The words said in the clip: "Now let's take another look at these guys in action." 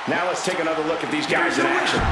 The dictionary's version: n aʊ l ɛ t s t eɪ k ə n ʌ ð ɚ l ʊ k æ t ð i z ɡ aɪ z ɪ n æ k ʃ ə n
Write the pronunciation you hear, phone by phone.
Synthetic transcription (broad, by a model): n aʊ l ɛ t s t eɪ k ə n ʌ ð ɚ l ʊ k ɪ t ð i z ɡ aɪ z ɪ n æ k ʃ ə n